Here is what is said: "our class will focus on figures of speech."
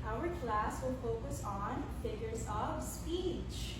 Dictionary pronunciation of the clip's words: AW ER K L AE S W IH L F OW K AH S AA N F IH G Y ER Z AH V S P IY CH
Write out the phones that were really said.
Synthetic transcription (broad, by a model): AW ER K L AE S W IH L F OW K AH S N F IH G Y ER Z AH V S P IY CH